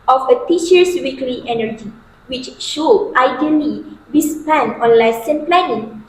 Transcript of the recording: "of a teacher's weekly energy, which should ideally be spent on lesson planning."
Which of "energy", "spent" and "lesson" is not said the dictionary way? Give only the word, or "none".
spent